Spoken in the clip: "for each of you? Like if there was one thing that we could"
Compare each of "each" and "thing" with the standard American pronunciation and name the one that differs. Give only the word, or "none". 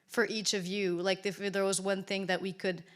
none